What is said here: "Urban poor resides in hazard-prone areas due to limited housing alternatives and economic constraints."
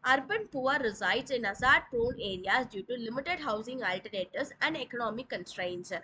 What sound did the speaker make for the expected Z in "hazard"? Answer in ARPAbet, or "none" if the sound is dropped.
S